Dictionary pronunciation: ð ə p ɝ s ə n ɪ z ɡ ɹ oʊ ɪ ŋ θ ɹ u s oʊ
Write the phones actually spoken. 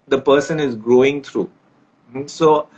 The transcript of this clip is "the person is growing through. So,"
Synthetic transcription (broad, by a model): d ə p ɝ s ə n ɪ z ɡ ɹ oʊ ɪ ŋ t ɹ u s oʊ